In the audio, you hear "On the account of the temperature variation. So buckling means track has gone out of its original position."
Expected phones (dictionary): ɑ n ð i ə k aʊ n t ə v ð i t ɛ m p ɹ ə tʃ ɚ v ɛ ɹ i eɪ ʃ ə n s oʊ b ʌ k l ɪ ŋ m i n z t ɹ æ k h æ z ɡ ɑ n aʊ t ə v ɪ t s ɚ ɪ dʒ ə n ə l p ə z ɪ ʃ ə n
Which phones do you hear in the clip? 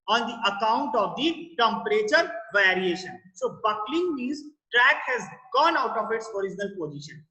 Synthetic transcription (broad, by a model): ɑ n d i ə k aʊ n t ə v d i t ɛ m p ɹ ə tʃ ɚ v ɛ ɹ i eɪ ʃ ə n s oʊ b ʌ k l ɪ ŋ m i z t ɹ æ k h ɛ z ɡ ɑ n aʊ t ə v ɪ t s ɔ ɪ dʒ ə n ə l p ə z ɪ ʃ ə n